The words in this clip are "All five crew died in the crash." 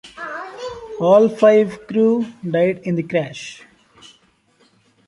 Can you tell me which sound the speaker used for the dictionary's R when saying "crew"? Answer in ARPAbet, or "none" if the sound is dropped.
R